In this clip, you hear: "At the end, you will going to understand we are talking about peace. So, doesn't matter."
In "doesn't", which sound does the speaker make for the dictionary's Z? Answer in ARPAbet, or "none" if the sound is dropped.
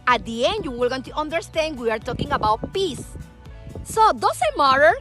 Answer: S